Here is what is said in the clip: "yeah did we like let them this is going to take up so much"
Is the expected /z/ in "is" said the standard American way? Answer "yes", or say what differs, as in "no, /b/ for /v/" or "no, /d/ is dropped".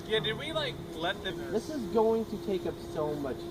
yes